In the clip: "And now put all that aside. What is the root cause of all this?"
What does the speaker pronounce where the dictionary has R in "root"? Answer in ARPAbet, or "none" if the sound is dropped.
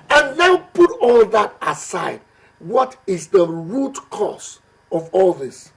R